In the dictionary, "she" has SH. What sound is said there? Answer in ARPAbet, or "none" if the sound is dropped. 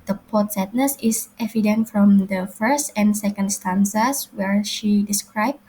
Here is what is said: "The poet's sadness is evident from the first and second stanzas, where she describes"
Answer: SH